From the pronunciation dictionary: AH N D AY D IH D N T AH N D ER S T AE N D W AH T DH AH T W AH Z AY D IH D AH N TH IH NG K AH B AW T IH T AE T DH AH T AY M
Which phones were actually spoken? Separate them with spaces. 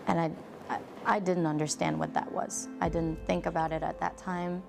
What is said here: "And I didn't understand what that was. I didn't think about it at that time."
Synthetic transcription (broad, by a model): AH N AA AY D IH D N T AH N D ER S T AE N D W AH T DH AH T W AH Z AY D IH D N TH IH NG K AH B AW T IH T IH T DH AH T AY M